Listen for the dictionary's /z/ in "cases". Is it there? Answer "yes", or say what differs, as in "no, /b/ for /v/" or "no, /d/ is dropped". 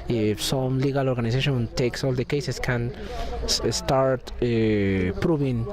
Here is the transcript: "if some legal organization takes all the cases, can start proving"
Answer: no, /s/ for /z/